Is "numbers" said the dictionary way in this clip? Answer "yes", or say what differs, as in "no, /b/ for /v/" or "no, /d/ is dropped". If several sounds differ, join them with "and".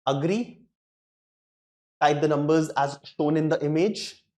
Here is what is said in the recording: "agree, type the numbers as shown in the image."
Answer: yes